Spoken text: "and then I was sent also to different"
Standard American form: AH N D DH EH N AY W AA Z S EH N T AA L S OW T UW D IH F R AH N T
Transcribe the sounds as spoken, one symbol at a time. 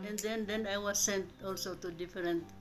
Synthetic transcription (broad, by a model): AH N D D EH N AY W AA S EH N T AA L S OW T UW D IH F R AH N T